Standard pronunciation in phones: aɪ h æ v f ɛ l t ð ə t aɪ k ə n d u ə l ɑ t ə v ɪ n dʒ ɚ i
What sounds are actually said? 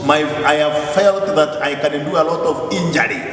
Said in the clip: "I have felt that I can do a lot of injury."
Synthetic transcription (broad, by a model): aɪ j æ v f ɛ l t ð ə t aɪ k ə n d u ə l ɑ t ə v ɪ n dʒ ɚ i